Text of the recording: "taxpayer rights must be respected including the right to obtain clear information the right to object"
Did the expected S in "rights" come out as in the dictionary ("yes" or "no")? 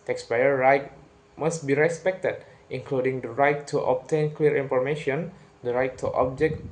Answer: no